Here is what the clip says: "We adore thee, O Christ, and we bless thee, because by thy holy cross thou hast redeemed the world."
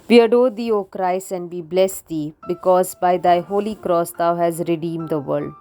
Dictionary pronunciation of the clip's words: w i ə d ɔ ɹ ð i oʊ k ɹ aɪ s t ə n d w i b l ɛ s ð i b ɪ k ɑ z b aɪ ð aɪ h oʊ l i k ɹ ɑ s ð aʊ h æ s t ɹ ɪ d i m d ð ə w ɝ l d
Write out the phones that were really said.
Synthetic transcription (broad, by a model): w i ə d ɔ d i oʊ k ɹ aɪ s ə n d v i b l ɛ s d i b ɪ k ɑ z b aɪ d aɪ h oʊ l i k ɹ ɑ s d aʊ h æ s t ɹ ɪ d i m d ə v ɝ l d